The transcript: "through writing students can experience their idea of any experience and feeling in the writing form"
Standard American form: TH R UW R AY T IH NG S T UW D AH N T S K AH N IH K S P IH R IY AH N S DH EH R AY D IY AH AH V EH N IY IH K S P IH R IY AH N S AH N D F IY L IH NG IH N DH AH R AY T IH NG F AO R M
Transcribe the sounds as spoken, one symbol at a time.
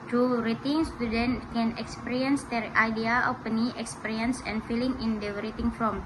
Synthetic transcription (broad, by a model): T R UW R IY T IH NG S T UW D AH N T K AH N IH K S P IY R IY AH N S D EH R AY D IY AH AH P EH N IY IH K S P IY R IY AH N S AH N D F IY L IH NG IH N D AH R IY T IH NG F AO M